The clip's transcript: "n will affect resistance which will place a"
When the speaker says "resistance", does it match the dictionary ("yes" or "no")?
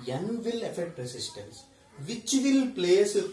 no